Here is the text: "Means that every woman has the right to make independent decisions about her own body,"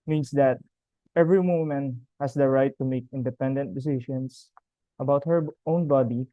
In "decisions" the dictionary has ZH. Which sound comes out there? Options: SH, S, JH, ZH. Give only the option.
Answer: SH